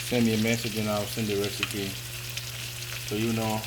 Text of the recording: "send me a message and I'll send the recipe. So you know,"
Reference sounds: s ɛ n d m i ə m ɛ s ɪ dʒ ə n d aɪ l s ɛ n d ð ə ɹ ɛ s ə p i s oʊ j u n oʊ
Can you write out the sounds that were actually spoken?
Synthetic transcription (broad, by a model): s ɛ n m i ə m ɛ s ɪ dʒ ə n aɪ w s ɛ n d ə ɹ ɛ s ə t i s oʊ j u n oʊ